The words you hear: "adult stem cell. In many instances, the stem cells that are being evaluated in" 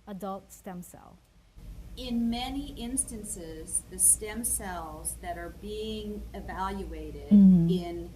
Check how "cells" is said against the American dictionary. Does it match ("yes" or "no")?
yes